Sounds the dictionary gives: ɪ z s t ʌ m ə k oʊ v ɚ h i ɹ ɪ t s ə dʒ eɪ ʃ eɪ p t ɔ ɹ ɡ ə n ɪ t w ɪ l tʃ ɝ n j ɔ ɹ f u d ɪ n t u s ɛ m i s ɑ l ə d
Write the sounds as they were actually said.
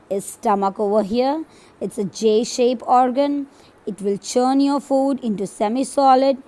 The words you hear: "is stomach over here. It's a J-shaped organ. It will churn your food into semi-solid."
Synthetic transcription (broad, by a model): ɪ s t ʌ m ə k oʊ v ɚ h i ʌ ɪ t s ə dʒ eɪ ʃ eɪ p ɔ ɹ ɡ ə n ɪ t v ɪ l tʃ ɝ n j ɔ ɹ f u d ɪ n t u s ɛ m i s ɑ l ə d